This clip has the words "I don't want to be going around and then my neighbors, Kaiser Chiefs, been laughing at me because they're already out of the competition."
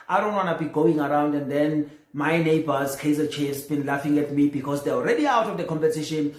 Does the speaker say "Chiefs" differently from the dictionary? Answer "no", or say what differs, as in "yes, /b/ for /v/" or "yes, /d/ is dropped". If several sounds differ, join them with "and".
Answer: yes, /f/ is dropped